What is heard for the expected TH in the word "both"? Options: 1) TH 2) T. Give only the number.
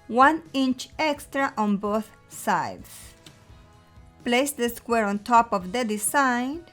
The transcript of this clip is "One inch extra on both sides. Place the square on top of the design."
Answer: 1